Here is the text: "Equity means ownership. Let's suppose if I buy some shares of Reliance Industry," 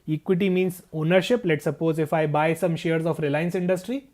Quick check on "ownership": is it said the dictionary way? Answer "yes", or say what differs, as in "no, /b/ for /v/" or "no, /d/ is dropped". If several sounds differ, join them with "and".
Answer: yes